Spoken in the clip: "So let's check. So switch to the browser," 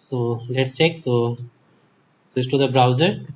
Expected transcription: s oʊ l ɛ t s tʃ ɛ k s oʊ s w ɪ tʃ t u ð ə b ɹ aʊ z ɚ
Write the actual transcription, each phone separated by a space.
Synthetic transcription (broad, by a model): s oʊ l ɛ t s tʃ ɛ k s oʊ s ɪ s t u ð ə b ɹ aʊ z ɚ